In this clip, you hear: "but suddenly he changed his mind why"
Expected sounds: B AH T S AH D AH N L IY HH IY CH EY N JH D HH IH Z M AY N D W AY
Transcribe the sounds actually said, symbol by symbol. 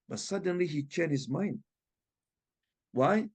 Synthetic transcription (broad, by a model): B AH T S AH D AH N L IY HH IY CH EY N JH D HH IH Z M AY N D W AY